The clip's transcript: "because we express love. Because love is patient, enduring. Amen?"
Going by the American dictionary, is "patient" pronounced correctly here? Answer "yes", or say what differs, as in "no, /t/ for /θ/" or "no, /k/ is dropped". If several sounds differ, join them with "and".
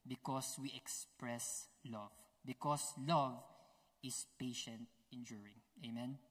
yes